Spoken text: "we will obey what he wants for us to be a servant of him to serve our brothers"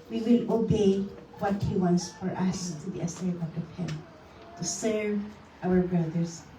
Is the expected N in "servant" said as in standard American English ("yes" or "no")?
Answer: no